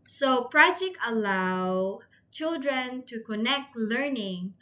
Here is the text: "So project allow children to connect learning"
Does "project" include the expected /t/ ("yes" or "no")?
no